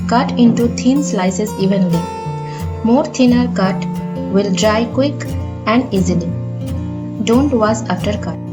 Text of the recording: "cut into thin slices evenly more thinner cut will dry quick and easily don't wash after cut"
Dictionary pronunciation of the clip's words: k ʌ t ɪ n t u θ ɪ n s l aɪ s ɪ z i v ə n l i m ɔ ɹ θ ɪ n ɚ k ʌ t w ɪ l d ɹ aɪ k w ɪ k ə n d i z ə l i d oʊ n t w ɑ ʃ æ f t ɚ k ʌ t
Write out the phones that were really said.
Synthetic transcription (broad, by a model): k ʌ t ɪ n t u t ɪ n s l aɪ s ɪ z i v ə n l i m ɔ ɹ t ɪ n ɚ k ʌ t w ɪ l d ɹ aɪ k w ɪ k ə n d i z ə l i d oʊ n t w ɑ s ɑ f t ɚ k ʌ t